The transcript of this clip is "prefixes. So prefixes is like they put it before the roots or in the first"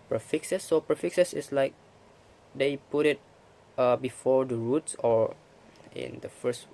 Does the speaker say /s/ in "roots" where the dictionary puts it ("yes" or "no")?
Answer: yes